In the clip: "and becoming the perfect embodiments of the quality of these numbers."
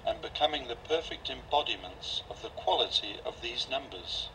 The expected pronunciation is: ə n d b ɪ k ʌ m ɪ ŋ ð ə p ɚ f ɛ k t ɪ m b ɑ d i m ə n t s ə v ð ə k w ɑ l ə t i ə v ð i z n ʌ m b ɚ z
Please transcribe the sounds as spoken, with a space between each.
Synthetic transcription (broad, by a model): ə n b ɪ k ʌ m ɪ ŋ ð ə p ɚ f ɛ k t ɪ m b ɑ d i m ə n t s ə v ð ə k w ɑ l ə t i ə v ð i z n ʌ m b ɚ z